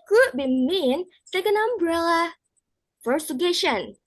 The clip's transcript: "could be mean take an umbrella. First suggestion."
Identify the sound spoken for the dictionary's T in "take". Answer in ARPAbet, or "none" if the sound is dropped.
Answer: S